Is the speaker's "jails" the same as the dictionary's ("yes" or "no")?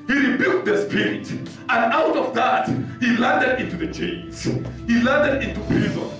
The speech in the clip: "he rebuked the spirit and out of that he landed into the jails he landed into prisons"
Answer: no